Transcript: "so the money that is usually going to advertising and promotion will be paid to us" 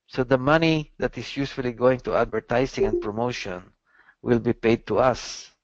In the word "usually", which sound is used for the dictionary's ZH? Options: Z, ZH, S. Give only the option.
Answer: S